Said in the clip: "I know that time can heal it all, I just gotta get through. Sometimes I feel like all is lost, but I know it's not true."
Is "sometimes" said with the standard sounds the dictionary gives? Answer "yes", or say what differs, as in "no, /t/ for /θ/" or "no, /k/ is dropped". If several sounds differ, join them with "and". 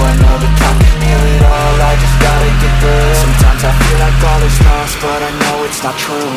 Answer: yes